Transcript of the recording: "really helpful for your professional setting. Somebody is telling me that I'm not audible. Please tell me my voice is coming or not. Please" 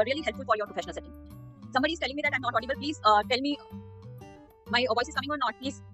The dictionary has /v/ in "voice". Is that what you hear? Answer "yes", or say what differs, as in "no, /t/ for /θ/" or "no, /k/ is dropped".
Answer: yes